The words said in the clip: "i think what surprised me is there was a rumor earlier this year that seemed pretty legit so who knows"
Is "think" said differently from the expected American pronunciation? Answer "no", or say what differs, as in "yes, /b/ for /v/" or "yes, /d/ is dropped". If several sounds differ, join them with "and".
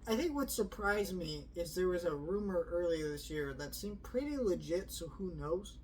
no